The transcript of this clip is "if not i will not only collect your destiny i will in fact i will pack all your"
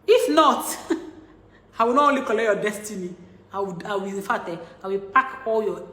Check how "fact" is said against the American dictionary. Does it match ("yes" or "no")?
no